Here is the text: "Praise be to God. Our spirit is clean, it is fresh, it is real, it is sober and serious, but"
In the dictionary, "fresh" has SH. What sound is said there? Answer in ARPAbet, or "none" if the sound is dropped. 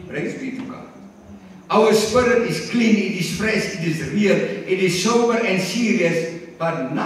S